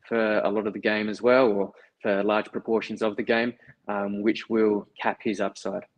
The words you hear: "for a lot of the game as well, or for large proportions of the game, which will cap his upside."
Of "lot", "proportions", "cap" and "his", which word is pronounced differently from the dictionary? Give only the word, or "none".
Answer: none